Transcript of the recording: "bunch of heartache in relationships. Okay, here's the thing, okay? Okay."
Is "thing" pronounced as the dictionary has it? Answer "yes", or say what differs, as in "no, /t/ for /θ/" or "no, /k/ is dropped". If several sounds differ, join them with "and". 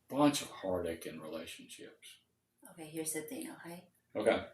no, /t/ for /θ/